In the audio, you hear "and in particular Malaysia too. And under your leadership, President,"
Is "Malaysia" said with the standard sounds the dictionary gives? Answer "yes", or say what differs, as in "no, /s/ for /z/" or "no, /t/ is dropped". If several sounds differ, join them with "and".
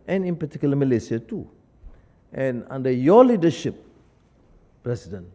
no, /s/ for /ʒ/